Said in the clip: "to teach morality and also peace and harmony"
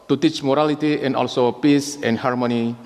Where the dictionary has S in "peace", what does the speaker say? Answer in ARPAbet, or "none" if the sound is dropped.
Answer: S